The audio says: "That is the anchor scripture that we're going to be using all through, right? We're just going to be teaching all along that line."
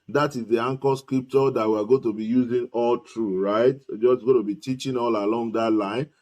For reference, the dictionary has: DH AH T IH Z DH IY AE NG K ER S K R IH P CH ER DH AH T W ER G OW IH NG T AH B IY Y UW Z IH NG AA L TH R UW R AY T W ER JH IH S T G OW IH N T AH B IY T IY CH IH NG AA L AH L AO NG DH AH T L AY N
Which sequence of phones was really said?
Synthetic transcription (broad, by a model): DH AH T IH Z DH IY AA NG K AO S K R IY P CH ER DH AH T W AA G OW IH T AH B IY Y UW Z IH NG AA L T R UW R AY T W JH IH S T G OW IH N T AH B IY T IY CH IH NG AA L AH L AO NG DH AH T L AY N